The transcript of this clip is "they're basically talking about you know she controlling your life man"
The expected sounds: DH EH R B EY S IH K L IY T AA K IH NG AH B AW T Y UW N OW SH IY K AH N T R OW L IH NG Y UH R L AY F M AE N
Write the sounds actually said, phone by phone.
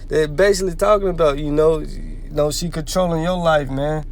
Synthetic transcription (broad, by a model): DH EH B EY S IH K L IY T AA K IH NG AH B AW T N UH N OW S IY K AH N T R OW L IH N Y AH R L AY F M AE N